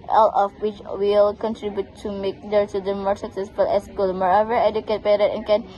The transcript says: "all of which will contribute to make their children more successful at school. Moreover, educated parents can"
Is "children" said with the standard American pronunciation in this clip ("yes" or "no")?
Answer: no